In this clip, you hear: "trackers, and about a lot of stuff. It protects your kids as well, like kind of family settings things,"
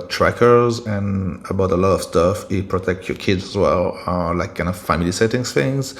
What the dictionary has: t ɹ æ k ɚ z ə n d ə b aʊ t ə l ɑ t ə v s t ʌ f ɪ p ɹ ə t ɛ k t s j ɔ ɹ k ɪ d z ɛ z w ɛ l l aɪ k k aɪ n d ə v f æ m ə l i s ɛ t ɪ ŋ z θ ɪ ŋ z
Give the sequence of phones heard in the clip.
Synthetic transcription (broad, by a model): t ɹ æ k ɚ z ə n ə b aʊ t ə l ɑ t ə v s t ʌ f ɪ p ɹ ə t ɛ k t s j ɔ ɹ k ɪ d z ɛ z w ɛ l l aɪ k k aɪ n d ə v f æ m ə l i s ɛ t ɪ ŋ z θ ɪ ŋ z